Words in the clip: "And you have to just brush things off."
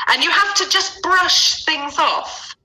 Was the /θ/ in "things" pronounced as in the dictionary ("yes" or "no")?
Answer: yes